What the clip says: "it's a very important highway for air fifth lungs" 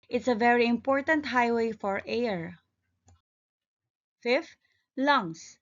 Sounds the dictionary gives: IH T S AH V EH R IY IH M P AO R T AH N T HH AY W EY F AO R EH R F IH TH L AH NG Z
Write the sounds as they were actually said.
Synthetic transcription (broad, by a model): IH T S AH V EH R IY IH M P AO R T AH N T HH AY W EY F AO R EH R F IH F L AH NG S